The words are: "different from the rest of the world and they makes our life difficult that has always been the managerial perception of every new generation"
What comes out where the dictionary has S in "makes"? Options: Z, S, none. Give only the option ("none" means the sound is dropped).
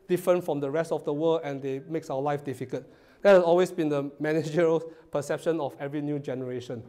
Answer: S